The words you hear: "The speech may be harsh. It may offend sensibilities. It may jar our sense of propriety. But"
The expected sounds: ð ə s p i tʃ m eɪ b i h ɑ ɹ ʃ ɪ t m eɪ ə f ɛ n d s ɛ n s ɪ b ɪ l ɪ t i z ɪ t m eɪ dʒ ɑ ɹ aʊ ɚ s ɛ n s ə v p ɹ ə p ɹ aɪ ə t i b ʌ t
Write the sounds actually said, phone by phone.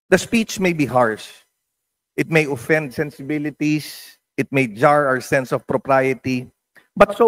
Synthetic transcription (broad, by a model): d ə s p i tʃ m eɪ b i h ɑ ɹ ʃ ɪ t m eɪ ə f ɛ n d s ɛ n s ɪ b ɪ l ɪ t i s ɪ t m eɪ dʒ ɑ ɹ aʊ ɚ s ɛ n s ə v p ɹ ə p ɹ aɪ ə t i b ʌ t